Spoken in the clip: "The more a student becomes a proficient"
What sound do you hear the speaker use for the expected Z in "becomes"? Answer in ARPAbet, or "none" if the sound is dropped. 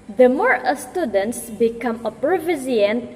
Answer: none